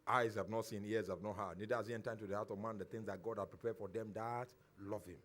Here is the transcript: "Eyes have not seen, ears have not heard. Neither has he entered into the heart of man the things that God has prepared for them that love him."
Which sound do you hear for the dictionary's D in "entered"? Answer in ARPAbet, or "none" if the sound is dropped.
none